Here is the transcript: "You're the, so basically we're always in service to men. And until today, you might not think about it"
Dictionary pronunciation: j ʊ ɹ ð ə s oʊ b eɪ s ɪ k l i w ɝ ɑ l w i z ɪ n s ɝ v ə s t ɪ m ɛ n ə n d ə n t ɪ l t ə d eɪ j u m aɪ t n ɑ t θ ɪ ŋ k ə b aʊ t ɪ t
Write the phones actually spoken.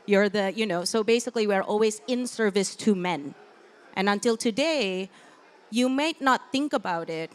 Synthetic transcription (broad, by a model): j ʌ ɹ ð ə s oʊ b eɪ s ɪ k l i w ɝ ɑ l w i z ɪ n s ɝ v ə s t ɪ m ɛ n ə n ə n t ɪ l t ə d eɪ j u m aɪ t n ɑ t θ ɪ ŋ k ə b aʊ t ɪ t